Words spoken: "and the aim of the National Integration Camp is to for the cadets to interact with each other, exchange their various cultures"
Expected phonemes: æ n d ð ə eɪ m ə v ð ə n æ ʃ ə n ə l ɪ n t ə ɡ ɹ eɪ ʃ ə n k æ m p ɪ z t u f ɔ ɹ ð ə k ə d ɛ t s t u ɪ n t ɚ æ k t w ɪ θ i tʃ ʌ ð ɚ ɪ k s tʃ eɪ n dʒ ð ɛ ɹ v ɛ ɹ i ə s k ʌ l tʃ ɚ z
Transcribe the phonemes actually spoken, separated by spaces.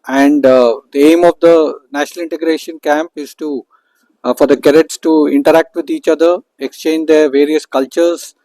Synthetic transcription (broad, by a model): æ n d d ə eɪ m ə v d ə n æ ʃ ə n ə l ɪ n t ə ɡ ɹ eɪ ʃ ə n k æ m p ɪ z t u f ɔ ɹ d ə k ə d ɛ t s t u ɪ n t ɚ æ k t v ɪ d i tʃ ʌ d ɚ ɪ k s tʃ eɪ n dʒ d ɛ ɹ v ɛ ɹ i ə s k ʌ l tʃ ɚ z